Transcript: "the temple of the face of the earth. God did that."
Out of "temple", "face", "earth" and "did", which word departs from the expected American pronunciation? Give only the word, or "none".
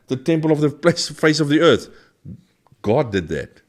none